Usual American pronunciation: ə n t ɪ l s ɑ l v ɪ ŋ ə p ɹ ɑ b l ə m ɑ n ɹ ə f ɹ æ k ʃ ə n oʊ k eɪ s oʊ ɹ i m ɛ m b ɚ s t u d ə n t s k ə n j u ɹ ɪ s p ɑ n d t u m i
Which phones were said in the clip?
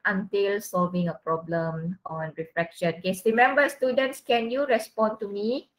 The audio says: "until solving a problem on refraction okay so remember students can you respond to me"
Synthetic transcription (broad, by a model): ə n t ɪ l s ɑ l v ɪ ŋ ə p ɹ ɑ b l ə m ɑ n ɹ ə f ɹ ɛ k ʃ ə n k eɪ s ɹ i m ɛ m b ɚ s t u d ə n t s k ə n j u ɹ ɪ s p ɑ n t u m i